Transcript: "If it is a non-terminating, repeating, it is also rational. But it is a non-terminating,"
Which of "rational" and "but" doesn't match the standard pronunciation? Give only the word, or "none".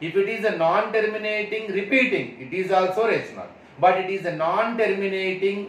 rational